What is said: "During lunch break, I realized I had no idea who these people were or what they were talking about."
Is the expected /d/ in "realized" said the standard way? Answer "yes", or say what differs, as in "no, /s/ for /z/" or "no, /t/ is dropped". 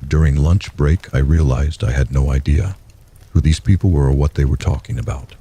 yes